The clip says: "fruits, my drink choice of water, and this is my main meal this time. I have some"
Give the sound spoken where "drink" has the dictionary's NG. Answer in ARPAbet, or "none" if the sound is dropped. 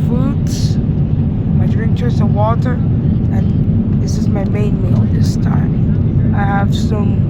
none